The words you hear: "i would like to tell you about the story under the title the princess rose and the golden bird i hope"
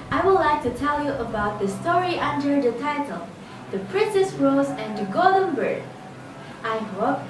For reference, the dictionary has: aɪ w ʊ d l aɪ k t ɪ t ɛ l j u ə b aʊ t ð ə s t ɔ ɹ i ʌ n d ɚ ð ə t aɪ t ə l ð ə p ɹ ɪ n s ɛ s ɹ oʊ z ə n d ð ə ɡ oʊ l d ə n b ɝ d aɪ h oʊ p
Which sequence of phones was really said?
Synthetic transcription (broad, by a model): aɪ w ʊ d l aɪ k t ɪ t ɛ l j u ə b aʊ t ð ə s t ɔ ɹ i ʌ n d ɚ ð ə t aɪ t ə l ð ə p ɹ ɪ n s ɛ s ɹ oʊ z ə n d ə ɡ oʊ d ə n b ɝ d aɪ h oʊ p